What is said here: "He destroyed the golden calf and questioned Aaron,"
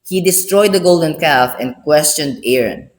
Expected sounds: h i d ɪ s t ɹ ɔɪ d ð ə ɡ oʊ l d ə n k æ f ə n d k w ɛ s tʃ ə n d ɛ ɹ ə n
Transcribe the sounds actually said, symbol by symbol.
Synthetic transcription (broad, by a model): h i d ɪ s t ɹ ɔɪ d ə ɡ oʊ l d ə n k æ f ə n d k w ɛ s tʃ ə n d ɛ ɹ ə n